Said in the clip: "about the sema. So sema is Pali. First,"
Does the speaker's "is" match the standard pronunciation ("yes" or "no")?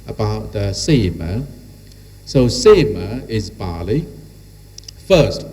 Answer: yes